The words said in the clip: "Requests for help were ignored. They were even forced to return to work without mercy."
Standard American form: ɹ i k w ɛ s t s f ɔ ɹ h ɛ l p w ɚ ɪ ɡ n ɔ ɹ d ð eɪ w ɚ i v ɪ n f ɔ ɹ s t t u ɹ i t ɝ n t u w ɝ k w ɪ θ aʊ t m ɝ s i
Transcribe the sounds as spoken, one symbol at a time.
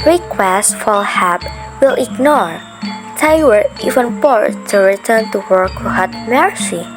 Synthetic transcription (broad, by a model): ɹ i k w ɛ s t f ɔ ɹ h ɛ p w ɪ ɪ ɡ n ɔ ɹ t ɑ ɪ w ɚ i v ɪ n p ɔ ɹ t t u ɹ i t ɝ n t u w ɝ k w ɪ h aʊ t m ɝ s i